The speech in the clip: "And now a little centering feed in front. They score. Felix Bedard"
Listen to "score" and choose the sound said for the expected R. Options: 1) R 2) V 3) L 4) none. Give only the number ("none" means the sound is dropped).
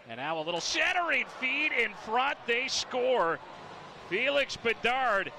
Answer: 1